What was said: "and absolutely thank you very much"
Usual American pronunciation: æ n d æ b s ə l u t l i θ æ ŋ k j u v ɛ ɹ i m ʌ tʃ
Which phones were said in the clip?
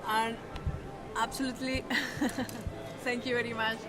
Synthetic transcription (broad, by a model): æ n d æ b s ə l u t l i t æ ŋ k j u v ɛ ɹ i m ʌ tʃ